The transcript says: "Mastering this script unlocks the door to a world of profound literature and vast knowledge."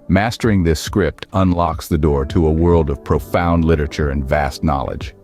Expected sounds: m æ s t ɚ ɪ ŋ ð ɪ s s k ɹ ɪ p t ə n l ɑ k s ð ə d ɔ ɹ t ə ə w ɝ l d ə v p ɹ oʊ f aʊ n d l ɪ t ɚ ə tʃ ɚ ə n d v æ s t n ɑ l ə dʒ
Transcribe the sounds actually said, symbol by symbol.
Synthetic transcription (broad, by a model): m æ s t ɚ ɪ ŋ ð ɪ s s k ɹ ɪ p t ə n l ɑ k s ð ə d ɔ ɹ t ə ə w ɝ l d ə v p ɹ oʊ f aʊ n d l ɪ t ɚ ə tʃ ɚ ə n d v æ s t n ɑ l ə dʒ